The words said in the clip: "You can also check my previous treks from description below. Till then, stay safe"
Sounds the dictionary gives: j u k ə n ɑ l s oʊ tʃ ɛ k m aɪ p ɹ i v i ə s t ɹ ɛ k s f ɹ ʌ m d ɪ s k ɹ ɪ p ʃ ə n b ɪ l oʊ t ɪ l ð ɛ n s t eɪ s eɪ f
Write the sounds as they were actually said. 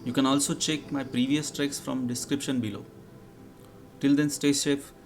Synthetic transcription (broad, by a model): j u k ə n ɑ l s oʊ tʃ ɛ k m aɪ p ɹ i v i ə s t ɹ ɛ k s f ɹ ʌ m d ɪ s k ɹ ɪ p ʃ ə n b ɪ l oʊ t ɪ l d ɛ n s t eɪ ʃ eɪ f